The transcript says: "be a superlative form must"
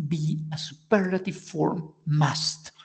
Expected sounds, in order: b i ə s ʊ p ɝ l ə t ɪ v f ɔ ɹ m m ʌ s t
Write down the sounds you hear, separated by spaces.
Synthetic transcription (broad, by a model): b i ə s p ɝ ə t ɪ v f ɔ ɹ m m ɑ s t